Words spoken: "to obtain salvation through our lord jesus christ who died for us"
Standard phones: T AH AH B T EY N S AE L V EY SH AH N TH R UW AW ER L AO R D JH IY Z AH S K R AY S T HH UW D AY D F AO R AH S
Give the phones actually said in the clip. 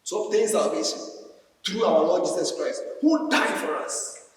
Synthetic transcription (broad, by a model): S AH T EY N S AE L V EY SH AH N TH R UW AW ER L AO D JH IY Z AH S K R AY S T HH UW D AY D F AO R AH S